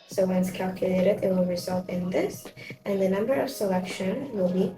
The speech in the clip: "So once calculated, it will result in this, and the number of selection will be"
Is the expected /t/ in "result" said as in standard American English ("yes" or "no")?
yes